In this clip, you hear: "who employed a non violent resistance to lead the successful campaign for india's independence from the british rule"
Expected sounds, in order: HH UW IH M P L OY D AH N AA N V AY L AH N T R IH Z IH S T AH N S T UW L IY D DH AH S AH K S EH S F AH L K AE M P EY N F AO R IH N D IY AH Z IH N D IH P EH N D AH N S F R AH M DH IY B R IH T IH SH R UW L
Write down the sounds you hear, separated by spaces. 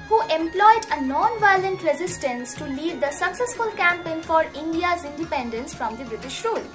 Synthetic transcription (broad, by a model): HH UW IH M P L OY D AH N AA N V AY L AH N T R IH Z IH S T AH N S T UW L IY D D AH S AH K S EH S F AH L K AE M P EY N F AO R IH N D IY AH Z IH N D IH P EH N D AH N S F R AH M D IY B R IH T IH SH R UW L